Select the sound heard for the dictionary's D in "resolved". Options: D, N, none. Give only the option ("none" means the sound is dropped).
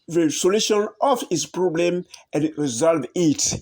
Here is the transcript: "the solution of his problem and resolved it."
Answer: none